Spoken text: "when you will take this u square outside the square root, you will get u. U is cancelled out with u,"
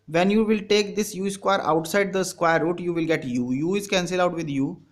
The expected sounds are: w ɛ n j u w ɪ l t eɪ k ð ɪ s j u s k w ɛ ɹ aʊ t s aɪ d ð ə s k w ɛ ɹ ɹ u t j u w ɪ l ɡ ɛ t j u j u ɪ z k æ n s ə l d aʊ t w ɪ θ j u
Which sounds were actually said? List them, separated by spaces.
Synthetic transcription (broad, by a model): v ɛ n j u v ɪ l t eɪ k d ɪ s j u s k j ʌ ɹ aʊ t s aɪ d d ə s k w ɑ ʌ ɹ u t j u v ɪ l ɡ ɛ t j u j u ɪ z k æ n s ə l aʊ t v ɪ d j u